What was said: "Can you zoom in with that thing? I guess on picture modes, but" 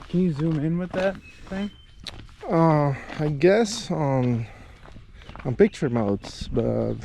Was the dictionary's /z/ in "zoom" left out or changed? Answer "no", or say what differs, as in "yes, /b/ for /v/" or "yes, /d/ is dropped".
no